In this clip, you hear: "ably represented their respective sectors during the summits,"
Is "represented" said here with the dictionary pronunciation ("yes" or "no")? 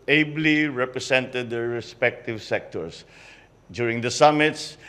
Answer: no